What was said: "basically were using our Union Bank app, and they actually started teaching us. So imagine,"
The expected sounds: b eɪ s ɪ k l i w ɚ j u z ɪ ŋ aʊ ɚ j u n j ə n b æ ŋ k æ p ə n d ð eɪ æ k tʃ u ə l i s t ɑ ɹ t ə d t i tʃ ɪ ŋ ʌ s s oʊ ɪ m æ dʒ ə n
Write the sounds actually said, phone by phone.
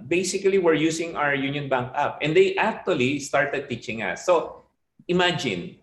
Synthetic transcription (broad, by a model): b eɪ s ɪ k l i w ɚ j u s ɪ ŋ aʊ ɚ j u n j ə n b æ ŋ k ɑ p ə n d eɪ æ k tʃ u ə l i s t ɑ ɹ t ə d t i tʃ ɪ ŋ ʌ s s oʊ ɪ m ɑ dʒ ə n